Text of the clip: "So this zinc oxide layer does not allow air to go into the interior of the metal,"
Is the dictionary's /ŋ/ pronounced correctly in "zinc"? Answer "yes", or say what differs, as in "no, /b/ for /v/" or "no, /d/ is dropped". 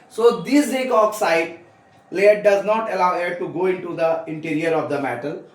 no, /ŋ/ is dropped